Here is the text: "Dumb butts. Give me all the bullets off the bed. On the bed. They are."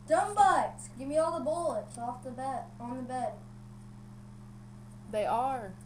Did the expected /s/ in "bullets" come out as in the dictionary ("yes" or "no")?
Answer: no